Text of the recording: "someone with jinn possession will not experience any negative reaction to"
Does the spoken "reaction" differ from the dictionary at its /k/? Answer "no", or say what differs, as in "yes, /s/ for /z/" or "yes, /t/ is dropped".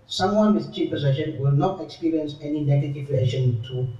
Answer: yes, /k/ is dropped